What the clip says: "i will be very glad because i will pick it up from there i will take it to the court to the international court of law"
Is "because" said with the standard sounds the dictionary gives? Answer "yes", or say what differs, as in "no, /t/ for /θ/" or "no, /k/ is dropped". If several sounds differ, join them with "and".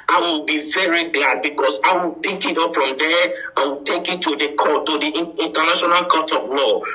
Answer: no, /s/ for /z/